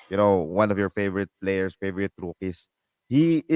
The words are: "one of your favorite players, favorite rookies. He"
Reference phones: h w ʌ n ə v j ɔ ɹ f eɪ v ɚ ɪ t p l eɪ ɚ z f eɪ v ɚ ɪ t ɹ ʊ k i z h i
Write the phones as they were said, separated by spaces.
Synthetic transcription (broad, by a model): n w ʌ n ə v j ɔ ɹ f eɪ v ɚ ɪ t p l eɪ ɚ s f eɪ v ɚ ɪ t ɹ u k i s h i